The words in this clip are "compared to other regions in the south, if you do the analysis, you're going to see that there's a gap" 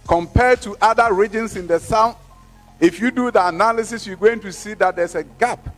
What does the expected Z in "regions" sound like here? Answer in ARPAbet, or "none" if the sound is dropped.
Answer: S